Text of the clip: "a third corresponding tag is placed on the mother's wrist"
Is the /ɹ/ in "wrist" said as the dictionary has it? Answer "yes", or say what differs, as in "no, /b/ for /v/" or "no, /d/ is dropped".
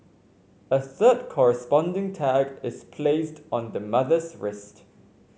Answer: yes